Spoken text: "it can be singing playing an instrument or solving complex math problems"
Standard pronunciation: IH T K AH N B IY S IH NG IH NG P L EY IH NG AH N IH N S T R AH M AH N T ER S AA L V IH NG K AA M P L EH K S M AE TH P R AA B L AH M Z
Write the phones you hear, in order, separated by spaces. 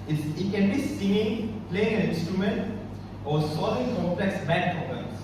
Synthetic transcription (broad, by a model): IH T K AH N B IY S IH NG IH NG P L EY IH NG AH N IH N S T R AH M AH N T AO S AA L IH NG K AA M P L EH K S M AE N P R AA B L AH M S